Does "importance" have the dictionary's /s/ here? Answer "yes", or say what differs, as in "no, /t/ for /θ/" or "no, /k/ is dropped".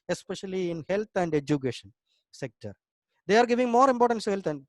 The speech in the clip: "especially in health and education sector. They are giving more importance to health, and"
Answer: no, /s/ is dropped